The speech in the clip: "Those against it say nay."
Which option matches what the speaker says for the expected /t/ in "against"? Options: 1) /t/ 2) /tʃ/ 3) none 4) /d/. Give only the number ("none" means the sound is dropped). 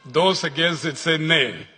3